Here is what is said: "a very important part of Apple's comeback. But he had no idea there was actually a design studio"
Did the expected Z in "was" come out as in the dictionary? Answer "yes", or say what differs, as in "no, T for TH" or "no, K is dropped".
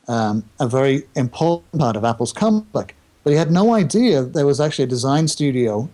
yes